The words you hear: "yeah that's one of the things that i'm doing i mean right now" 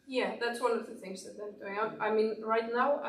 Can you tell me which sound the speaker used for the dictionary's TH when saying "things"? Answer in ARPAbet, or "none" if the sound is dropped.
TH